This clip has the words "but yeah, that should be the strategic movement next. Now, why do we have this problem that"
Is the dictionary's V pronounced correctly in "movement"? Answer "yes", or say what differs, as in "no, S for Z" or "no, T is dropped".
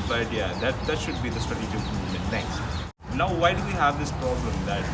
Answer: no, V is dropped